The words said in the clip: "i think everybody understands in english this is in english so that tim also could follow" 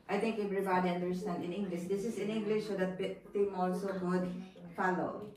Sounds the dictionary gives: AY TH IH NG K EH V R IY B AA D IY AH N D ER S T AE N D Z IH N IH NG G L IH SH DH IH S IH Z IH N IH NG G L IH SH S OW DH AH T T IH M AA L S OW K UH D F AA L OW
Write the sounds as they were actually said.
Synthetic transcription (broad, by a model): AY T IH NG K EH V R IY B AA D IY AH N D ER S T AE N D IH N IH NG G L IH SH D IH S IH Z IH N IH NG G L IH SH S OW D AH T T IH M AA L S OW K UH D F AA L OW